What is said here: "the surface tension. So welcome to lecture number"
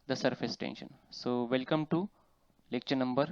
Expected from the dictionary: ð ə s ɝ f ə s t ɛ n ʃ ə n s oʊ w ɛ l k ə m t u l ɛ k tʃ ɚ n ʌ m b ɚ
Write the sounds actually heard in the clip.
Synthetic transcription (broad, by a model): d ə s ɝ f ə s t ɛ n ʃ ə n s oʊ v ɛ l k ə m t u l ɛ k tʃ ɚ n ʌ m b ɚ